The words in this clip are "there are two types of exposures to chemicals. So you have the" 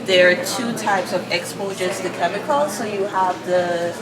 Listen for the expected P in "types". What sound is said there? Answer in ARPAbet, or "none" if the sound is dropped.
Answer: P